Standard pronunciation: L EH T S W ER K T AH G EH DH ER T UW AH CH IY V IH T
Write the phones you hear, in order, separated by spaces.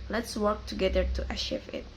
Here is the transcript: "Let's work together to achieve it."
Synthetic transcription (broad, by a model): L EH T S W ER K T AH G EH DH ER T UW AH SH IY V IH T